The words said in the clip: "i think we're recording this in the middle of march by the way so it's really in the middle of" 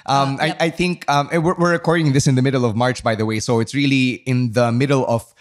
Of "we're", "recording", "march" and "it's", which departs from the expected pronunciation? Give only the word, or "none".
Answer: we're